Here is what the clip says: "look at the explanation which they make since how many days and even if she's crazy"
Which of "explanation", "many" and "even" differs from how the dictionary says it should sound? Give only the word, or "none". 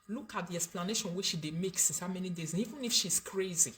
none